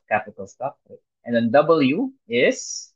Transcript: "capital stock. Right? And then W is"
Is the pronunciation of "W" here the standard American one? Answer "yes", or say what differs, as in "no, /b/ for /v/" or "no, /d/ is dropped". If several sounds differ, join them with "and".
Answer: yes